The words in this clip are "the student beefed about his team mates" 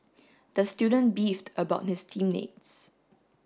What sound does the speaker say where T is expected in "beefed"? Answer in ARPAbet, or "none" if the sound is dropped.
T